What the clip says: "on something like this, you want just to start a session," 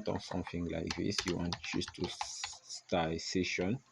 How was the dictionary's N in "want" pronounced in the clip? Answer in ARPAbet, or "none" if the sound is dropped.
N